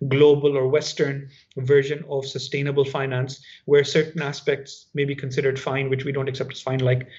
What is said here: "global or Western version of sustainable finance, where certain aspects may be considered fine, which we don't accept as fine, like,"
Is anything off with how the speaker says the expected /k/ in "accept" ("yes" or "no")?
no